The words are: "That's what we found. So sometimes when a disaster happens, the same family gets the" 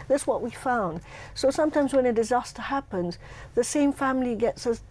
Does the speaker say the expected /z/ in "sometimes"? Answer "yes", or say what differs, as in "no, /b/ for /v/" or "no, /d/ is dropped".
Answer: yes